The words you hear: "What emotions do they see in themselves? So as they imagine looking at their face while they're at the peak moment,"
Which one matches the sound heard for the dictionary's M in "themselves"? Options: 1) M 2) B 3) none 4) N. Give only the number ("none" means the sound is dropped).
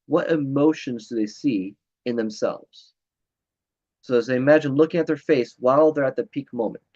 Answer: 1